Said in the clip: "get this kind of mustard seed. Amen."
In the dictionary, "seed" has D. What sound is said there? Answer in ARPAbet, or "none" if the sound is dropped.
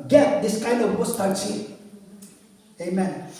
none